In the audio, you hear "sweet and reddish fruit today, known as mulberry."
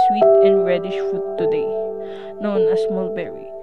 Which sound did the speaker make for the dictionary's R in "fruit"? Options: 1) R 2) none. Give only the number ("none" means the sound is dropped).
2